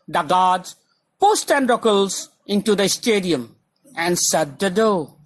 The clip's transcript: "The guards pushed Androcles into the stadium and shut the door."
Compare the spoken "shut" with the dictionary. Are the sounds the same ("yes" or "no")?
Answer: no